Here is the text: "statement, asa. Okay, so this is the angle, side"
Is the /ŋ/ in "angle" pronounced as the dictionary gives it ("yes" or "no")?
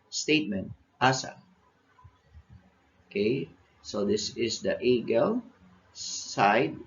no